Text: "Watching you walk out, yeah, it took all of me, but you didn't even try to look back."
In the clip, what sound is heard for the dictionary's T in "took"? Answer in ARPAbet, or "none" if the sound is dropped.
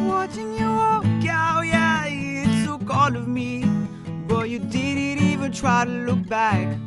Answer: S